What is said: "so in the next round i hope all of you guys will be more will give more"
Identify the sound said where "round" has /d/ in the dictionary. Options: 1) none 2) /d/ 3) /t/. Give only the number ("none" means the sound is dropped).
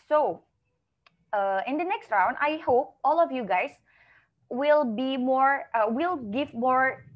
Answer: 2